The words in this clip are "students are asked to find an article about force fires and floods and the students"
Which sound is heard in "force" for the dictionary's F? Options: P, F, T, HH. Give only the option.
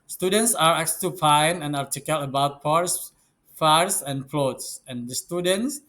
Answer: P